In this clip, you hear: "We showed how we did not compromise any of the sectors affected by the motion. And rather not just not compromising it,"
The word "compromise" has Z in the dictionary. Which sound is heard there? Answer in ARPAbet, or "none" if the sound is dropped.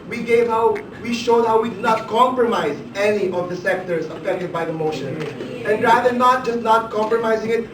Z